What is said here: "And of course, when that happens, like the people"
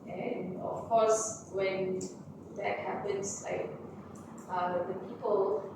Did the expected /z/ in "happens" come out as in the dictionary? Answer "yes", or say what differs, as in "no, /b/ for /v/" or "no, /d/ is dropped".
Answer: no, /s/ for /z/